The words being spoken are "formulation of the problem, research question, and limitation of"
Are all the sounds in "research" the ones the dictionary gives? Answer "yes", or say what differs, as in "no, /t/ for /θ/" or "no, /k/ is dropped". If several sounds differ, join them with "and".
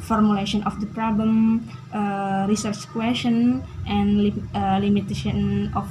yes